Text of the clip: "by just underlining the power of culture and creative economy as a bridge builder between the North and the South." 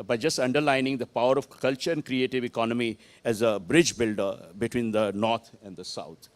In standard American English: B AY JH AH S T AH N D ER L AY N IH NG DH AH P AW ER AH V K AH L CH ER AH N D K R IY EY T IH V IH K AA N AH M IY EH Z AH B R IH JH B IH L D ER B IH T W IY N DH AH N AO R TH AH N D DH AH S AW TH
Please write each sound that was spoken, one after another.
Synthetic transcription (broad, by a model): B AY JH AH S T AH N D ER L AY N IH NG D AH P AW ER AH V K AH L CH ER AH N D K R IY EY T IH V IH K AA N AH M IY EH Z AH B R IH JH B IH L D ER B IH T W IY N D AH N AO R T AH N D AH S AW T